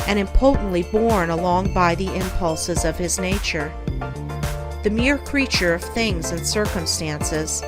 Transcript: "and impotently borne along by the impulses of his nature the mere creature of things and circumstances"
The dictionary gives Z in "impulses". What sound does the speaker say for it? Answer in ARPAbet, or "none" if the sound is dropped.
Z